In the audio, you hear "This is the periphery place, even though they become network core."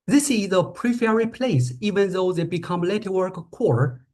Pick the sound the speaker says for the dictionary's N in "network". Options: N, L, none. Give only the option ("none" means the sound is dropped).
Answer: L